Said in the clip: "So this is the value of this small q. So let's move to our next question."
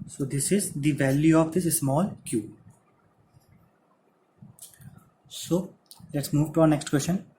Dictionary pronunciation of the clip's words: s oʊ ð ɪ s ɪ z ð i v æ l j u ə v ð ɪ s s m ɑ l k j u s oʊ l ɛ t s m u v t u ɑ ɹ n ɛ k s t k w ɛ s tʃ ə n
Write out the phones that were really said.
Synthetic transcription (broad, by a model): s oʊ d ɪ s ɪ z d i v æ l j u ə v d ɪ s s m ɑ l k j u s oʊ l ɛ t s m u v t u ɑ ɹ n ɛ k s t k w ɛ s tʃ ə n